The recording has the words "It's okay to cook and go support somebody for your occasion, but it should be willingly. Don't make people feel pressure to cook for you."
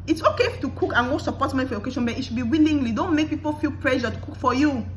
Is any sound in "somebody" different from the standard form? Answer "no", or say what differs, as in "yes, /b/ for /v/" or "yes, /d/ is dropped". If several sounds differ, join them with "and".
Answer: yes, /b/ is dropped